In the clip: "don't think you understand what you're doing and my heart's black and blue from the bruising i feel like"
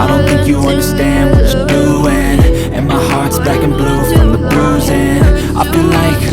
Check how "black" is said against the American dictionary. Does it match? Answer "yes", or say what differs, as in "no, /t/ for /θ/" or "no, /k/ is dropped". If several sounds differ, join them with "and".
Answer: no, /l/ is dropped